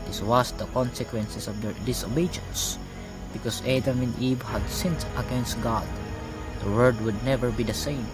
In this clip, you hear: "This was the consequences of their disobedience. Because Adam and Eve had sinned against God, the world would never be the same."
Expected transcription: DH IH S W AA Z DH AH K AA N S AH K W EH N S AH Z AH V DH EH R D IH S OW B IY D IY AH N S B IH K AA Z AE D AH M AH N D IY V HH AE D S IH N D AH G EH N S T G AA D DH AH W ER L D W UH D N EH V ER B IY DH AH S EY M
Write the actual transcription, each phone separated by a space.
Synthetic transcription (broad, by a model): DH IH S W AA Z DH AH K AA N S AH K W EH N S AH S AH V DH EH R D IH S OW B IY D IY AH N S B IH K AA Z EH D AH M AH N D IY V HH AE D S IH N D AH G EH N S T G AA D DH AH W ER D W UH D N EH V ER B IY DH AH S EY M